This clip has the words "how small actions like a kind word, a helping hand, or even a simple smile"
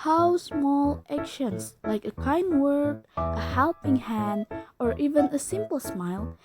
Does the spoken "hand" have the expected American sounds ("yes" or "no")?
yes